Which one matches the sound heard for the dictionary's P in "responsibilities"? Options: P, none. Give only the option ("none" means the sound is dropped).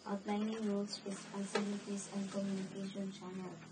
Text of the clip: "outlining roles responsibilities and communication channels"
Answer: none